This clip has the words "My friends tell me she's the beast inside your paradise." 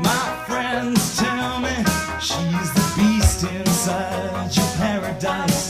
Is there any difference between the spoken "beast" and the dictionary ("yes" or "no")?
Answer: no